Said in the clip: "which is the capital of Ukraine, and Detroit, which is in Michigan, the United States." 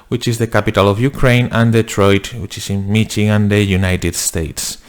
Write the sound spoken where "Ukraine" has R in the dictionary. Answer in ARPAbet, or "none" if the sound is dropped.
R